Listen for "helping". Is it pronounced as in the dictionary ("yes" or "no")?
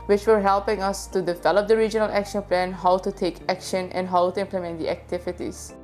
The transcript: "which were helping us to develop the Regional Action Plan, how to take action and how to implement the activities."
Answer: yes